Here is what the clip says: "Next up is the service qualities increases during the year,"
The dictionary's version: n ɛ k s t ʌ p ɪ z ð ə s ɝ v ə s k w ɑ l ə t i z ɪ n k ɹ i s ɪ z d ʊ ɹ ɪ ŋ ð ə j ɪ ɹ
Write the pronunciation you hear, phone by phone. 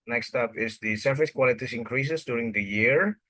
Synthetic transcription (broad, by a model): n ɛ k s t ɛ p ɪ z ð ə s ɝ f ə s k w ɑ l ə t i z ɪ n k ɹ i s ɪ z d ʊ ɹ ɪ ŋ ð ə j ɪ ɹ